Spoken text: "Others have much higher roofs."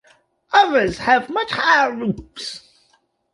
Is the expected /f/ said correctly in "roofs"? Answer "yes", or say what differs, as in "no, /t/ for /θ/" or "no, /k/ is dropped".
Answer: no, /p/ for /f/